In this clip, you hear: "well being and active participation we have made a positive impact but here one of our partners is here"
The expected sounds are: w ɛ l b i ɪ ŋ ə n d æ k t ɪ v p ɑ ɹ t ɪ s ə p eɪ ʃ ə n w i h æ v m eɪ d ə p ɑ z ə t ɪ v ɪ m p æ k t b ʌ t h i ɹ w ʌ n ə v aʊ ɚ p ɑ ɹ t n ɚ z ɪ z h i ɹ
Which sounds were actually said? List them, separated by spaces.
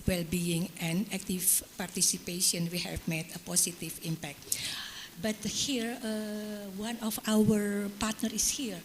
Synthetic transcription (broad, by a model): w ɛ l b i ɪ ŋ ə n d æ k t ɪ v p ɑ ɹ t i s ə p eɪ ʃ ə n w i h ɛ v m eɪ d ə p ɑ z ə t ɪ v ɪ m p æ k t b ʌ t h i ɹ w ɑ n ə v aʊ ɚ p ɑ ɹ t n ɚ ɪ s h i ɹ